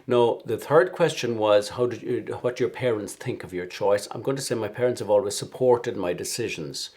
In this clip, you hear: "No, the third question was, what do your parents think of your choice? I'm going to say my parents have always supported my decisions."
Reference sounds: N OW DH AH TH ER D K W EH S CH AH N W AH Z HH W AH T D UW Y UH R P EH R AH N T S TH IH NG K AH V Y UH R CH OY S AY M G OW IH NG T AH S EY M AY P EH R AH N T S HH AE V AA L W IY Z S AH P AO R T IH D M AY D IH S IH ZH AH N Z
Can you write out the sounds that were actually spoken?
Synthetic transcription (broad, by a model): N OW DH AH TH ER D K W EH S CH AH N W AH Z HH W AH T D Y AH R P EH R AH N T S TH IH NG K AH V Y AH R CH OY S AY M G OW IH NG T AH S EY M AY P EH R AH N T S HH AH V AA L W IY Z S AH P AO R T IH D M AY D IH S IH ZH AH N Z